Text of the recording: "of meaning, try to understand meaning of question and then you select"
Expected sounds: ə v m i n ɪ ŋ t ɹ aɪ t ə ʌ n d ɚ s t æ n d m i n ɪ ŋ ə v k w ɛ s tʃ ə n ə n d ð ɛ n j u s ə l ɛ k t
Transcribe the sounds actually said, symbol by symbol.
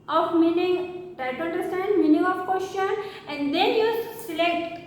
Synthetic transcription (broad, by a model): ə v m i n ɪ ŋ t aɪ t ə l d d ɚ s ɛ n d m i n ɪ ŋ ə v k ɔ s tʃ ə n ə n d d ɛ n j u s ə l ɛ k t